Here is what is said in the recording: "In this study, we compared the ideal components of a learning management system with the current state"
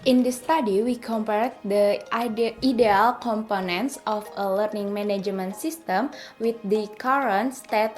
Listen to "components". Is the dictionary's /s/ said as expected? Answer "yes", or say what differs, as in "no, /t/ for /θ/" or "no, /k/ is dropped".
yes